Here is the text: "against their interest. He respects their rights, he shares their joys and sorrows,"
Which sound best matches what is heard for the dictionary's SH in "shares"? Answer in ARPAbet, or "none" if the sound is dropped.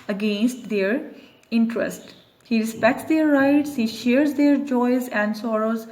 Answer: SH